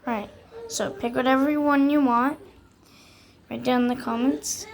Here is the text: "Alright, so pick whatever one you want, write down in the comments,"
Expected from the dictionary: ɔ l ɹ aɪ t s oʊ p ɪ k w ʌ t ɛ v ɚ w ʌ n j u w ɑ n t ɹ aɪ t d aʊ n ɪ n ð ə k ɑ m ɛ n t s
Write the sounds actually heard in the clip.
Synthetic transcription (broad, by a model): ɹ aɪ t s oʊ p ɪ k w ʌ t ɛ v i w ʌ n j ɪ w ɑ n t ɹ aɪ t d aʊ ɪ n ð ə k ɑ m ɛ n t s